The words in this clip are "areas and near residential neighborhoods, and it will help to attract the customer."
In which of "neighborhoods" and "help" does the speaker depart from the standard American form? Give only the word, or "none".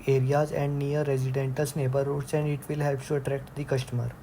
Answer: neighborhoods